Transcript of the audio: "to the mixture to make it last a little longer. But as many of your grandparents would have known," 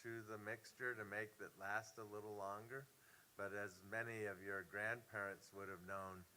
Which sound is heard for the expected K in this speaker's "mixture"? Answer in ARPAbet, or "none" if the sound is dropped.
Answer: K